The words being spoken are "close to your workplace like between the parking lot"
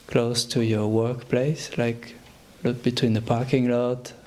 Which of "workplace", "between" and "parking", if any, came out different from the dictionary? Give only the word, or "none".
none